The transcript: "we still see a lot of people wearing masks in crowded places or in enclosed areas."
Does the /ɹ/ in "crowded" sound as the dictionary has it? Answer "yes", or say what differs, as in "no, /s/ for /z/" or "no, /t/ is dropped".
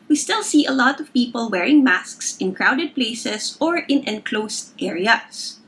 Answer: yes